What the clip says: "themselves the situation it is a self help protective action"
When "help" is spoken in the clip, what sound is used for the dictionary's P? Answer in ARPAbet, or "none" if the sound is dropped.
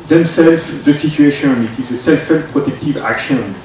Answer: F